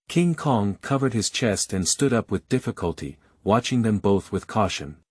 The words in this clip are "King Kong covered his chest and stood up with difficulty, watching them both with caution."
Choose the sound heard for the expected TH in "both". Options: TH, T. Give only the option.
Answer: TH